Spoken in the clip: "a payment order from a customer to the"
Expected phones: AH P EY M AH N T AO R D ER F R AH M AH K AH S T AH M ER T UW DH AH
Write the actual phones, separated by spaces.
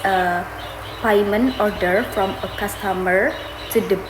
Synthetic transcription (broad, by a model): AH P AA M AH N AO R D ER F R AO M AH K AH S T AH M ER T UW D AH